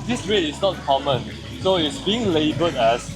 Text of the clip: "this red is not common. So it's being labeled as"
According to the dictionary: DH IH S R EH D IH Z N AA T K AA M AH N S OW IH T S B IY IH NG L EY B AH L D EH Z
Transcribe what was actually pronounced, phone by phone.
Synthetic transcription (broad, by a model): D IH S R EH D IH S N AA T K AA M AH N S OW IH T S B IY IH NG L EY B AH D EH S